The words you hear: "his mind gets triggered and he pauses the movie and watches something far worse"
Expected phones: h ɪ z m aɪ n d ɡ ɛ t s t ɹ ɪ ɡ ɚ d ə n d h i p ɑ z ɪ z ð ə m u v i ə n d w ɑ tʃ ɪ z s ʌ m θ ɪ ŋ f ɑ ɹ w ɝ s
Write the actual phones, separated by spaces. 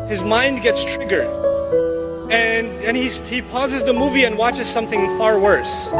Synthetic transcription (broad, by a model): h ɪ z m aɪ n d ɡ ɛ t s t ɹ ɪ ɡ ɚ d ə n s h i p ɑ z ɪ z ð ə m u v i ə n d w ɑ tʃ ɪ z s ʌ m θ ɪ ŋ f ɑ ɹ w ɝ s